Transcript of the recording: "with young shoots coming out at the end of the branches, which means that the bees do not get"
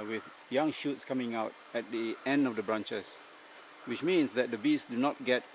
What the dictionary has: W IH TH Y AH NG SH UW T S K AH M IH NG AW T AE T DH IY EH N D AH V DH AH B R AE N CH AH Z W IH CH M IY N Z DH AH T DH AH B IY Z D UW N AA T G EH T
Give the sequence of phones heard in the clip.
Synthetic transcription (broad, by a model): W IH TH Y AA NG SH UW T S K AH M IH NG AW T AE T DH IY EH N D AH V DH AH B R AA N CH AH S W IH CH M IY N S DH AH T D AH B IY S D UW N AA T G EH T